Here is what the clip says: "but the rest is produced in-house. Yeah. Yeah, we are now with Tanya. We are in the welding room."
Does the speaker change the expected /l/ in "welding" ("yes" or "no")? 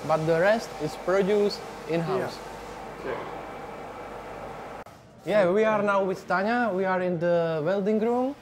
no